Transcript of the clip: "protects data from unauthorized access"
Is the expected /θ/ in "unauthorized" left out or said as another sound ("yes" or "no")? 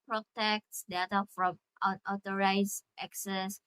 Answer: yes